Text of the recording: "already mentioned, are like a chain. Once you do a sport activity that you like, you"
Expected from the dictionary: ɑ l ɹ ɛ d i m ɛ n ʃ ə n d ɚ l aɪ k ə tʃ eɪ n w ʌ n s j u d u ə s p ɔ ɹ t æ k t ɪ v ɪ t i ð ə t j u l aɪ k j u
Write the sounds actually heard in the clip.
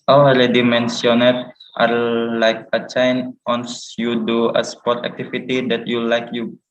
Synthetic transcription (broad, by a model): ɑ l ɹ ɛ d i m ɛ n s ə n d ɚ l aɪ k ə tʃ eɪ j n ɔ n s j u d u ə s p ɔ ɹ t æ k t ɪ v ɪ t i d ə t j u l aɪ k j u